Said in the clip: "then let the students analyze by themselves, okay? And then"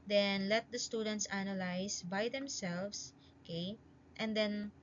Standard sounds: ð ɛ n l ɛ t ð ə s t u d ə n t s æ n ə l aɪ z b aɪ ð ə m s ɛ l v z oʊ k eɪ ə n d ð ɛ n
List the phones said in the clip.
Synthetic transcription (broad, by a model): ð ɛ n l ɛ t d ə s t u d ə n t s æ n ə l aɪ s b aɪ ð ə m s ɛ l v s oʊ k eɪ ə n d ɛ n